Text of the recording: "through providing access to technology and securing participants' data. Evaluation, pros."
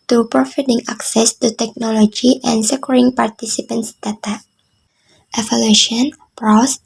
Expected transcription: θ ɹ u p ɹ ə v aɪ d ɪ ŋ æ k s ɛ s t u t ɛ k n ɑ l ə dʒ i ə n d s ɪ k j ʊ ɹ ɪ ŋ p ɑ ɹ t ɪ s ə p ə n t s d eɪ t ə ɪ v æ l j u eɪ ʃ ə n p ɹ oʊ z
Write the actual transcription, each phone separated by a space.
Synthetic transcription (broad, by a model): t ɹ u p ɹ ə f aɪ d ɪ ŋ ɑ k s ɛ s t u t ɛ k n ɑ l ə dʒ i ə n s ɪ k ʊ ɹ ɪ ŋ p ɑ ɹ t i s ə p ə n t s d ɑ t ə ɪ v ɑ l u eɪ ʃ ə n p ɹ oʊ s